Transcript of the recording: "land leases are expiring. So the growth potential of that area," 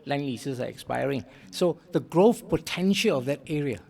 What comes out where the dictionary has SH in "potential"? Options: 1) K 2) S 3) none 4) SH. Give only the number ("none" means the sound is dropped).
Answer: 4